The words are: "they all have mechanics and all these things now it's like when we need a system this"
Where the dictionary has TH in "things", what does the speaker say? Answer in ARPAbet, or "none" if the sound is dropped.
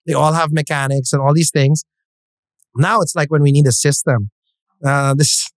TH